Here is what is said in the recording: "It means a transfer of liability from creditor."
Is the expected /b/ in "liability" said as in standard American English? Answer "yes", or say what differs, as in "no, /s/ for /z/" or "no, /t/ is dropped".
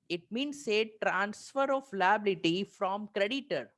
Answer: yes